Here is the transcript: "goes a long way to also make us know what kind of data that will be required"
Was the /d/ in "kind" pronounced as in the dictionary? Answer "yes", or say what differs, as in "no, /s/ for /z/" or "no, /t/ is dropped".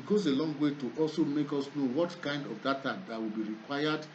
yes